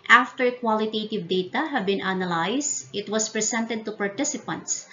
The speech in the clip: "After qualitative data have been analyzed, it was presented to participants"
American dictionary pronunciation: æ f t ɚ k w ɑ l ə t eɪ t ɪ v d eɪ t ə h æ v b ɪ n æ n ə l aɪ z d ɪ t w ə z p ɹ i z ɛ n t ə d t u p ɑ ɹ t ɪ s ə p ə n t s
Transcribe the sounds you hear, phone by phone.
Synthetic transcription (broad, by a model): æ f t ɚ k w ɑ l ə t eɪ t ɪ v d eɪ t ə h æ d b ɪ n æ n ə l aɪ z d ɪ t w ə s p ɹ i s ɛ n t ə d t u p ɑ ɹ t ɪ s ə p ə n t s